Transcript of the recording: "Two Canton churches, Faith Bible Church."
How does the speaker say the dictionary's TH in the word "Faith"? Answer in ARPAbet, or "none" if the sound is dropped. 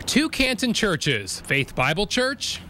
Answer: TH